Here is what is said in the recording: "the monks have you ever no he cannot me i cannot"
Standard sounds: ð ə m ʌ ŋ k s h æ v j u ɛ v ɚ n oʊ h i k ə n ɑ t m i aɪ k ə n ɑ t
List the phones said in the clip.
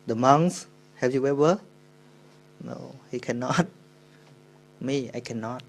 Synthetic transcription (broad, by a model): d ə m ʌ ŋ s h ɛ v j u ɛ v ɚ n oʊ h i k ə n ɑ t m i aɪ k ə n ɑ t